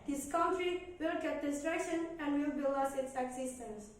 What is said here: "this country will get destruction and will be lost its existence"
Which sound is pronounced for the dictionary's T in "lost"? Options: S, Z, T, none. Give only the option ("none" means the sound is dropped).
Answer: none